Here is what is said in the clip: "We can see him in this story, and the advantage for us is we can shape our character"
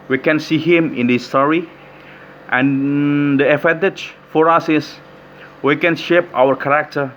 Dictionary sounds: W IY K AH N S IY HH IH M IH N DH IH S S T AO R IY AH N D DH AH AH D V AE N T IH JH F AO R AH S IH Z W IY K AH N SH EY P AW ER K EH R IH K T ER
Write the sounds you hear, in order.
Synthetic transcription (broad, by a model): W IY K AH N S IY HH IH M IH N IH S S T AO R IY AH N D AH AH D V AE N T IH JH F AO R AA S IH S W IY K AH N SH EY P AW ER K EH R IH K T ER